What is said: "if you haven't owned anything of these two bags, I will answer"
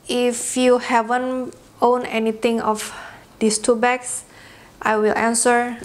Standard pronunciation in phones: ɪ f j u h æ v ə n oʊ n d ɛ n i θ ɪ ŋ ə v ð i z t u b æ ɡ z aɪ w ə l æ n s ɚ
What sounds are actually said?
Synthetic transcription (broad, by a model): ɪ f j u h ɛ v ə n oʊ n ɛ n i t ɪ ŋ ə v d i s t u b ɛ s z aɪ w ə l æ n s ɚ